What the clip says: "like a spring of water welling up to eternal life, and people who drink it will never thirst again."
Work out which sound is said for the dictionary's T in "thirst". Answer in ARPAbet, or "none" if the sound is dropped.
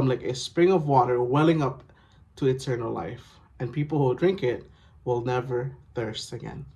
T